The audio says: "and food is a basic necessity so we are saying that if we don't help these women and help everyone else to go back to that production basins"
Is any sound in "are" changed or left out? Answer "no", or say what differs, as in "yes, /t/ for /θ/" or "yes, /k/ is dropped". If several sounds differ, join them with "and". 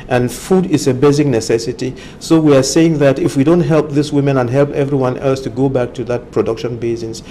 no